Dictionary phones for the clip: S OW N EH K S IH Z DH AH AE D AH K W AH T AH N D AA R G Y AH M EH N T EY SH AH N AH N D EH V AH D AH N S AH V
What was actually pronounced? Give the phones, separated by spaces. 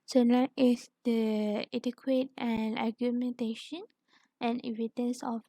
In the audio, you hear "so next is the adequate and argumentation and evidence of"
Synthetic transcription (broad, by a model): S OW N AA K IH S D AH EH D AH K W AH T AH N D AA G Y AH M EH N T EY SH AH N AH N EH V AH D AH N S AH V